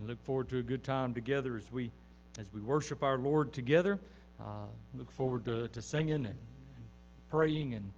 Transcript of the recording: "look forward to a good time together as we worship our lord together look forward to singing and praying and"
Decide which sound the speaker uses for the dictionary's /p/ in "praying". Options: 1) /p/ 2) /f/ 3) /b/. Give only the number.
1